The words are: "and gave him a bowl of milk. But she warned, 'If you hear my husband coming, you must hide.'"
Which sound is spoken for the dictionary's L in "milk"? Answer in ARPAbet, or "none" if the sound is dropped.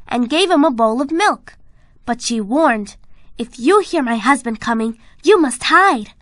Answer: L